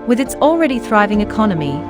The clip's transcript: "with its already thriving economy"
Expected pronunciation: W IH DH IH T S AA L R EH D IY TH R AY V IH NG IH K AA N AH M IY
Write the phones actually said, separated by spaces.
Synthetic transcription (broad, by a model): W IH DH IH T S AA L R EH D IY TH R AY V IH NG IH K AA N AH M IY